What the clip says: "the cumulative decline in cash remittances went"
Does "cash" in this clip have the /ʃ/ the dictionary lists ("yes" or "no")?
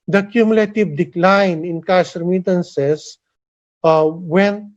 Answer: no